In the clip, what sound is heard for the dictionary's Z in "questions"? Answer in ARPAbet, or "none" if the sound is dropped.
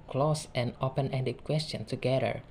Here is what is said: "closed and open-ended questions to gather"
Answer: none